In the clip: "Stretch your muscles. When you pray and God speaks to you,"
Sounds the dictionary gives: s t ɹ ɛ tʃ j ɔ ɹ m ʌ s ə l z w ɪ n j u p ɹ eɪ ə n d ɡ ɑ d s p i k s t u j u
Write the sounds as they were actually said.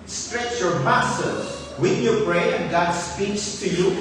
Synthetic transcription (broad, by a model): s t ɹ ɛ tʃ j ɔ ɹ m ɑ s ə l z w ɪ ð j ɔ b ɹ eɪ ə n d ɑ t s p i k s t u j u